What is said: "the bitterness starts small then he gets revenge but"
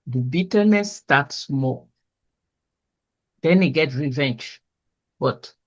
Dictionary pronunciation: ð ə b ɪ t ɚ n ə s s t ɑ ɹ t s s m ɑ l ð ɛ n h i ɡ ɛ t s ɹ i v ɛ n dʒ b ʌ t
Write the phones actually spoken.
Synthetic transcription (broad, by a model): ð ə b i t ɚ n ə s s t ɑ t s s m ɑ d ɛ n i ɡ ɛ t ɹ i v ɛ n dʒ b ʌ t